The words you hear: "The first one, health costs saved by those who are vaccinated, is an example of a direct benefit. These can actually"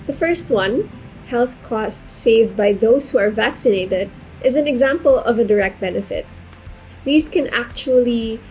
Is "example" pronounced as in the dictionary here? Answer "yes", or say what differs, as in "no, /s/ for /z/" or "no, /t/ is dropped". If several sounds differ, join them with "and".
yes